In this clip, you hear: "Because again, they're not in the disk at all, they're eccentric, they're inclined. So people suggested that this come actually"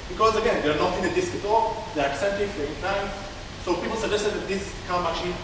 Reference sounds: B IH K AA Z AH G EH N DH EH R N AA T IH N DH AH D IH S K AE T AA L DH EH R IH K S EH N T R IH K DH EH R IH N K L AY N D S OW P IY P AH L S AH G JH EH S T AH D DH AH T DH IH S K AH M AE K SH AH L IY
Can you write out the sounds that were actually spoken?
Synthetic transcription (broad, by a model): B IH K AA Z AH G EH N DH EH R N AA T IH N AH D IH S K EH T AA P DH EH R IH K S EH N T IH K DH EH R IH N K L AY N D S OW P IY P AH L S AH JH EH S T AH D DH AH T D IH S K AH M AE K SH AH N